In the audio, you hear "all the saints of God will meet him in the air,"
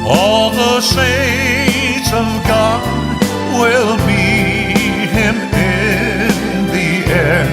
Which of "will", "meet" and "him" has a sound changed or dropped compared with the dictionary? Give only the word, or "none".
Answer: meet